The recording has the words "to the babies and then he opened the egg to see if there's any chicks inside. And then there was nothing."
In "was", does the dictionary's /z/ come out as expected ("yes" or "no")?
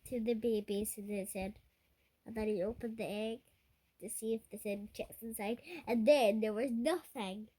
yes